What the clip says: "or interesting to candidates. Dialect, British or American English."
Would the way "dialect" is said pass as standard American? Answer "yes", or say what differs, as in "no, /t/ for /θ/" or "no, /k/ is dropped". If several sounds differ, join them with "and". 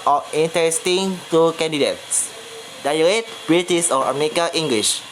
no, /k/ is dropped